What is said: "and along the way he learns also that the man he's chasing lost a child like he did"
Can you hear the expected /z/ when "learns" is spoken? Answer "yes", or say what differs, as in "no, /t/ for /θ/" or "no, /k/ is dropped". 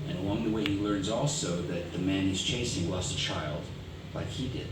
yes